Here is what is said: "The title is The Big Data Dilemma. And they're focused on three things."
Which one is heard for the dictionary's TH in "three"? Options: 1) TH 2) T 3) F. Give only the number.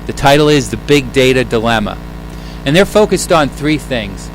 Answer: 1